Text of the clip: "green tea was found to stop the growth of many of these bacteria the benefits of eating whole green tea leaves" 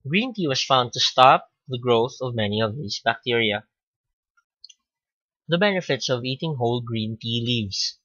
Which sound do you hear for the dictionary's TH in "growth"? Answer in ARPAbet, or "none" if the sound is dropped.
TH